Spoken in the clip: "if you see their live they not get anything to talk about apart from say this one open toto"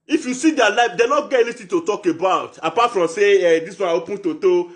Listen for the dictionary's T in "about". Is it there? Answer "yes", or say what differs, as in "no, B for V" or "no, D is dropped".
yes